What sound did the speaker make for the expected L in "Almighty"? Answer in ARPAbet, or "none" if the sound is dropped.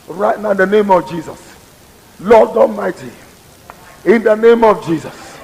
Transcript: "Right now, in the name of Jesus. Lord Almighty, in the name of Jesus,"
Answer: none